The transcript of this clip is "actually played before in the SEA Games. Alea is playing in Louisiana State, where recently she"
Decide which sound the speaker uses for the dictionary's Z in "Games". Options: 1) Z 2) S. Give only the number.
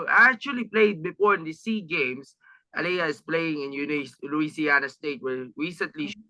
2